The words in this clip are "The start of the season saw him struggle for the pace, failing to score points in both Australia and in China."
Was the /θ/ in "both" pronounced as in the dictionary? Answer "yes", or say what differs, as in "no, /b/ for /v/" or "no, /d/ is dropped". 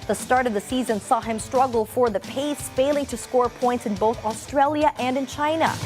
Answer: yes